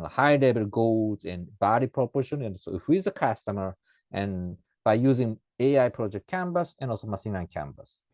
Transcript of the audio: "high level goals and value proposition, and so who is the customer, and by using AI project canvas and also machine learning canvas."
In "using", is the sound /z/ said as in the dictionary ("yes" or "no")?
yes